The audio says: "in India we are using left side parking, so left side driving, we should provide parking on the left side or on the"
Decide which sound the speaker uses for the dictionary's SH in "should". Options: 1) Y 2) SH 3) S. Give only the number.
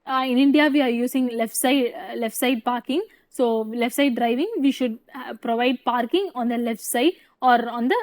2